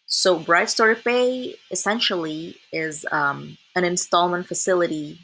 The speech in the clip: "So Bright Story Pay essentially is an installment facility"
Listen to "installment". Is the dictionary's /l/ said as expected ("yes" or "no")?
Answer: yes